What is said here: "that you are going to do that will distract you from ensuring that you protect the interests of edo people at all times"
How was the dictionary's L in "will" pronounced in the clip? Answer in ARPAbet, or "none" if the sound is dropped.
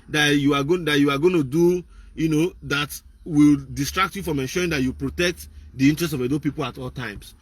L